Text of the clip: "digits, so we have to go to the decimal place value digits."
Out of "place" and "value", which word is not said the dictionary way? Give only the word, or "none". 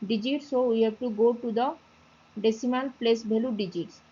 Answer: value